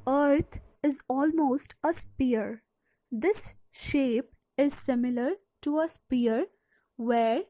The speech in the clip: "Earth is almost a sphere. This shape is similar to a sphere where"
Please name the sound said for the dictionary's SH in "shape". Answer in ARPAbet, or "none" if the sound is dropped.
SH